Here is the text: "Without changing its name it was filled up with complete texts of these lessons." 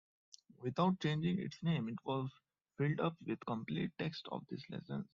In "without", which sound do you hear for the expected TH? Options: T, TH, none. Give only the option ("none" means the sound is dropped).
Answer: T